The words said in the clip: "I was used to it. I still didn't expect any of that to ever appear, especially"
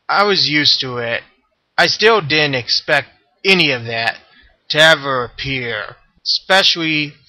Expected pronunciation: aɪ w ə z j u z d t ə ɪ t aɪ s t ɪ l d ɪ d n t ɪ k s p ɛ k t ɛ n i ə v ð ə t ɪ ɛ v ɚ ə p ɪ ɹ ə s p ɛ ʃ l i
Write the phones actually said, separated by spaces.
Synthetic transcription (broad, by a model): aɪ w ə z j u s t ə ɪ t aɪ s t ɪ l d ɪ d n t ɪ k s p ɛ k t ɛ n i ə v ð ə t ɪ ɛ v ɚ ə p ɪ ɹ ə s p ɛ ʃ l i